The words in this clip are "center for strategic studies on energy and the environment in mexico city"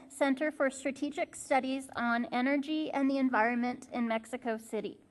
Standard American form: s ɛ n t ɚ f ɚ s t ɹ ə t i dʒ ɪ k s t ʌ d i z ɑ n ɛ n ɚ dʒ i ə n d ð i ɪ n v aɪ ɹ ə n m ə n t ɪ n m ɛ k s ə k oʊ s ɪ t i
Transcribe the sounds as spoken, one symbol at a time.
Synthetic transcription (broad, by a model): s ɛ n t ɚ f ɚ s t ɹ ə t i dʒ ɪ k s t ʌ d i z n ɛ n ɚ dʒ i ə n ð i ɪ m v aɪ ɹ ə n m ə n t ɪ n m ɛ k s ə k oʊ s ɪ t i